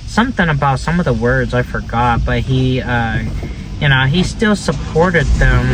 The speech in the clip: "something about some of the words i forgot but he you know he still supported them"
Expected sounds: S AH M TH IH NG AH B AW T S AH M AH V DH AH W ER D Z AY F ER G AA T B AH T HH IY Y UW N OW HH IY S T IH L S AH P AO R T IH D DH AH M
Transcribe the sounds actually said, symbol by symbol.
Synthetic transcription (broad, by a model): S AH M TH IH NG AH B AW T S AH M AH V DH AH W ER D Z AY F ER G AA T B AH T HH IY Y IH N OW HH IY S T IH L S AH P AO R T IH D DH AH M